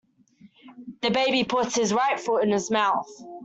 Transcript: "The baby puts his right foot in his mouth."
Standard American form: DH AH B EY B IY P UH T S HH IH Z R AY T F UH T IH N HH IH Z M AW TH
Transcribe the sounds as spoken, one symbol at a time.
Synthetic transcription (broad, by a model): DH AH B EY B IY P UH T S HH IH Z R AY T F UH IH N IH Z M AW TH